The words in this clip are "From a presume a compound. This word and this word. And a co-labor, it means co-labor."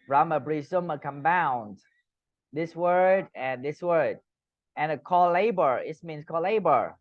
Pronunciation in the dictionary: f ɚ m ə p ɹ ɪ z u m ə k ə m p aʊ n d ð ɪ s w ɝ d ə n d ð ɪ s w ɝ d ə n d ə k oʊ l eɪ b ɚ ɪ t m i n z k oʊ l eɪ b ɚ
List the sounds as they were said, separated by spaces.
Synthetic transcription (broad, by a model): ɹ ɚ m ə b ɹ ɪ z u m ə k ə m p aʊ n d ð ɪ s w ɝ d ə n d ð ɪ s w ɝ d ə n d ə k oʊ l eɪ b ɚ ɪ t m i n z k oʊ l eɪ b ɚ